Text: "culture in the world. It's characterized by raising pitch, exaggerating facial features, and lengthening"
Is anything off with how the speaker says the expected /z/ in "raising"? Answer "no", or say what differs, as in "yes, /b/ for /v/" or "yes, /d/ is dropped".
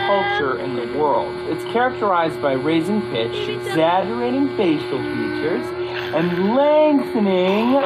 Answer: no